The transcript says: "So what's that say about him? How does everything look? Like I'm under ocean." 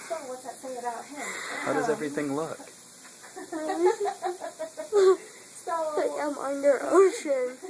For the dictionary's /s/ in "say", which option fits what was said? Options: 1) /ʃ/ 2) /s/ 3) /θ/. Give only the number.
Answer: 3